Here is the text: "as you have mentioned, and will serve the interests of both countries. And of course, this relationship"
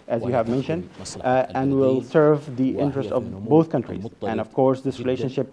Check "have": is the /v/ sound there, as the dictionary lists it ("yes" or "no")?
yes